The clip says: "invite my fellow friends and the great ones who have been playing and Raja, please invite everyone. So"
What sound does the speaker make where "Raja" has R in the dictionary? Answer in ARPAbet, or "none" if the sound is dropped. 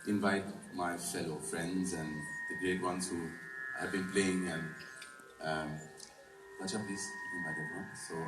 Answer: W